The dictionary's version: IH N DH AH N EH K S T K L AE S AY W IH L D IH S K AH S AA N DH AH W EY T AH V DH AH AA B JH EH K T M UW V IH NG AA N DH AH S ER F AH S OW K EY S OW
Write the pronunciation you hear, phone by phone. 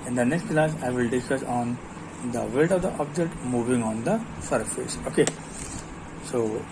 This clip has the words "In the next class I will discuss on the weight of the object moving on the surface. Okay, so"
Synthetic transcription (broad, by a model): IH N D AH N EH K S T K L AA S AY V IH L D IH S K AH S AA N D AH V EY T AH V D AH AA B JH EH K T M UW V IH NG AA N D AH S ER F AH S OW K EY S OW